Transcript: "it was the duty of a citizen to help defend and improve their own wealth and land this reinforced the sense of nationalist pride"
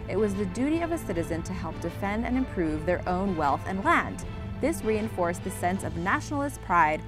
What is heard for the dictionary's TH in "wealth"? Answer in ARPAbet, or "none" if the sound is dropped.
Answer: TH